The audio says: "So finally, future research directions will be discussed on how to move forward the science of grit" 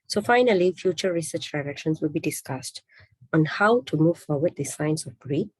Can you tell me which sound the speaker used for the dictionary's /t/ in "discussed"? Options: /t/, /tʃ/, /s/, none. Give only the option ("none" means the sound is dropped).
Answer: /t/